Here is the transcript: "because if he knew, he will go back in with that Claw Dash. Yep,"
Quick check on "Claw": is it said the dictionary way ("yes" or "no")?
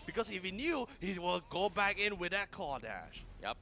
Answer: no